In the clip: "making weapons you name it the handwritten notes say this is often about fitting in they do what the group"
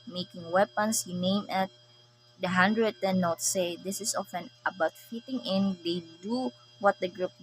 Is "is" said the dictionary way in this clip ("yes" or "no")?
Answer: no